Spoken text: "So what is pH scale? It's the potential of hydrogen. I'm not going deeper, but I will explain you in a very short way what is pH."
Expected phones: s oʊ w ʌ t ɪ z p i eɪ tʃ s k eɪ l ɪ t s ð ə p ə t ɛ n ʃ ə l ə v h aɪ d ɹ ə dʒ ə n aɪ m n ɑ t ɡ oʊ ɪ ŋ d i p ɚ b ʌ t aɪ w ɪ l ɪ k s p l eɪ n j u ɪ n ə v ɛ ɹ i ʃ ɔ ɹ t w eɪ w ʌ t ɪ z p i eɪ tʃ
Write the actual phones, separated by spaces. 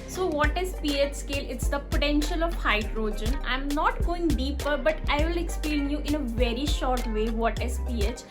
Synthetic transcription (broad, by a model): s oʊ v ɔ t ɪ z p i eɪ tʃ s k eɪ l ɪ t s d ə p ə t ɛ n ʃ ə l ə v h aɪ d ɹ ə dʒ ə n aɪ m n ɑ t ɡ oʊ ɪ ŋ d i p ɚ b ʌ t aɪ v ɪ l ɪ k s p l eɪ n j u ɪ n ə v ɛ ɹ i ʃ ɔ ɹ t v eɪ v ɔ t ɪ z p i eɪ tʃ